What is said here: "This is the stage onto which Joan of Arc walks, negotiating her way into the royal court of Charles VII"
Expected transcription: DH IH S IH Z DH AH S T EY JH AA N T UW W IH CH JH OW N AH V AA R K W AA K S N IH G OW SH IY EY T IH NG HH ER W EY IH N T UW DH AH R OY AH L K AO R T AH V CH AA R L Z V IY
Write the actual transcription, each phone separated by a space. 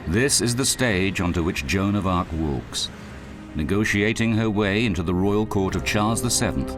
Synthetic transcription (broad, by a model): DH IH S IH Z DH AH S T EY JH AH N T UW W IH CH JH OW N AH V AA R K W AA K S N IH G OW SH IY EY T IH NG ER W EY IH N T UW DH AH R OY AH L K AO R T AH V CH AA R L Z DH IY